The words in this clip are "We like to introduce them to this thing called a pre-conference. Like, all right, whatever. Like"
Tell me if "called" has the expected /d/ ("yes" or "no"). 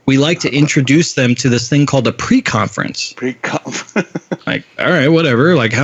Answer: yes